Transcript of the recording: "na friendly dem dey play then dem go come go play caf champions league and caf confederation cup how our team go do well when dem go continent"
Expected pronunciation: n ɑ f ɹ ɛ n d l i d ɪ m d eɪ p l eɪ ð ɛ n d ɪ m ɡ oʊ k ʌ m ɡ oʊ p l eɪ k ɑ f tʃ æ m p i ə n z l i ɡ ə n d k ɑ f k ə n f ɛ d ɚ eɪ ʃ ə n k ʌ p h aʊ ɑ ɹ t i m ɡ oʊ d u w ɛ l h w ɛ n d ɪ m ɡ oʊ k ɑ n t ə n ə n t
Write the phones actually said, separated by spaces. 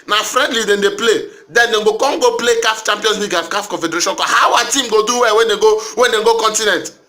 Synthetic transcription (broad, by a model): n ɑ f ɹ ɛ n d l i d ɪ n d eɪ p l eɪ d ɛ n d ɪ ɡ oʊ k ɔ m ɡ oʊ p l eɪ k ɑ f tʃ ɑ m p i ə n s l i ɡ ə k ɑ f k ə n f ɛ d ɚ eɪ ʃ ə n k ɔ h aʊ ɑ t i m ɡ oʊ d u w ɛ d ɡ w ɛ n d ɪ ɡ oʊ k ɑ n t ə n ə n t